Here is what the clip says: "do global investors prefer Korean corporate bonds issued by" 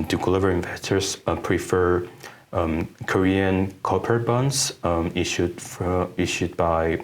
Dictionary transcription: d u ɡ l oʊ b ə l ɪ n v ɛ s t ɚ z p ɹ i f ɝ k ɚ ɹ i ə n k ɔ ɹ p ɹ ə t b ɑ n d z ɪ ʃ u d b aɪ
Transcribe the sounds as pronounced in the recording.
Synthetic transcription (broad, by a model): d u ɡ l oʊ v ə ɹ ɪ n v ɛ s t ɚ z p ɹ i f ɝ k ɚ ɹ i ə n k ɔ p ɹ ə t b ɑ n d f ɪ ʃ u d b aɪ